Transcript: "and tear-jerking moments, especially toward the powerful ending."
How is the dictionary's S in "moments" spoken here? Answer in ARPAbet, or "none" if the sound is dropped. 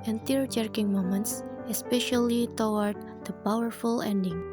S